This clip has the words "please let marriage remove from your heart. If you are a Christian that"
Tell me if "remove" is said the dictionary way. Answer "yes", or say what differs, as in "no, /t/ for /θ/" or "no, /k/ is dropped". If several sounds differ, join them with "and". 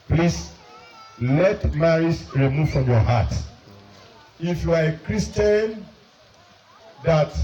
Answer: yes